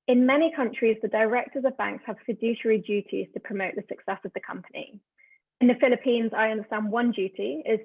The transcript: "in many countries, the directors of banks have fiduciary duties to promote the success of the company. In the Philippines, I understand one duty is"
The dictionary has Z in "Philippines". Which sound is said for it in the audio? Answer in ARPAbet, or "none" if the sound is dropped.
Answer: Z